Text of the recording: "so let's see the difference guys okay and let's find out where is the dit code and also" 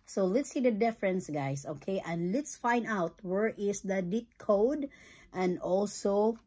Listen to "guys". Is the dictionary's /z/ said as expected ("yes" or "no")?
no